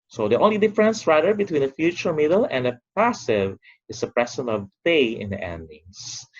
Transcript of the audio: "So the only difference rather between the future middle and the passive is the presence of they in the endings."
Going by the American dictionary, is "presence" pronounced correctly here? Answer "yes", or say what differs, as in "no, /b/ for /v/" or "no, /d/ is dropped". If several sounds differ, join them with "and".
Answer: no, /s/ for /z/ and /s/ is dropped